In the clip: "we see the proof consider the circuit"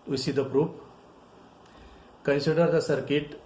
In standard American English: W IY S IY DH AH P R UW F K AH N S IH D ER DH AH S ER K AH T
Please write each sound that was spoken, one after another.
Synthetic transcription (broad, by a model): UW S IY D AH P R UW P K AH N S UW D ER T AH S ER K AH T